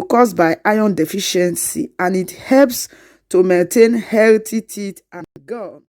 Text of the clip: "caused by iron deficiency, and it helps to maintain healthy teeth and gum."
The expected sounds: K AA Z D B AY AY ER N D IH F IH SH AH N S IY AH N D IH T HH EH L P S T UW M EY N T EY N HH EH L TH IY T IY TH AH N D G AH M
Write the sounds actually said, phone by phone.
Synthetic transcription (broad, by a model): K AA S B AY AY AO N D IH F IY SH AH N S IY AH N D IH T HH EH L P S T UW M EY N T EY N HH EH L T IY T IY T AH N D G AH